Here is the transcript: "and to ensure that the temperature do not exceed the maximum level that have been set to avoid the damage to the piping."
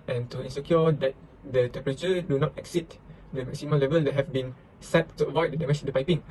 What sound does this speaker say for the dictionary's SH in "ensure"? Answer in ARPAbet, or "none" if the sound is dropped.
S